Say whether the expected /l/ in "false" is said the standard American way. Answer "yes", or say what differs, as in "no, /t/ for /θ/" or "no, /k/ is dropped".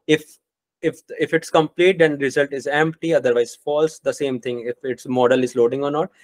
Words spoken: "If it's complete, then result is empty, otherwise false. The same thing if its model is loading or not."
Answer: yes